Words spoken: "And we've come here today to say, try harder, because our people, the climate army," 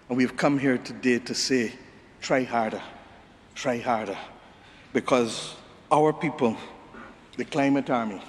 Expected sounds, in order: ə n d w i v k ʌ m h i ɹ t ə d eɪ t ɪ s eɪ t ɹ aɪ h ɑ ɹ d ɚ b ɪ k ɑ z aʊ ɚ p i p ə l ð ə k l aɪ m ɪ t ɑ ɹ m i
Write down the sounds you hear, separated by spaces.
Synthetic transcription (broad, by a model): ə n w i v k ʌ m h i ɹ t ə d eɪ t ɪ s eɪ t ɹ aɪ h ɑ ɹ d ɚ b ɪ k ɑ z aʊ ɚ p i p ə l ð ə k l aɪ m ɪ t ɑ ɹ m i